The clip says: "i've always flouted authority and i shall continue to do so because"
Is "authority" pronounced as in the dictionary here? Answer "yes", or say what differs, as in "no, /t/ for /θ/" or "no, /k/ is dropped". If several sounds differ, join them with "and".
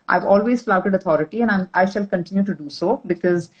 no, /t/ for /θ/